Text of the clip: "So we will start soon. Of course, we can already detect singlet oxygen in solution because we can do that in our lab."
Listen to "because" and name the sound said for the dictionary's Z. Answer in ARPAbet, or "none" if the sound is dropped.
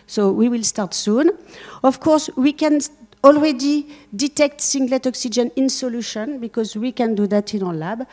Z